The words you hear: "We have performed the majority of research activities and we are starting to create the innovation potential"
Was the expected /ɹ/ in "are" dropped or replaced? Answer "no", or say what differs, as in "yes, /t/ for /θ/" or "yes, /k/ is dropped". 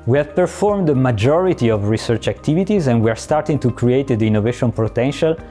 no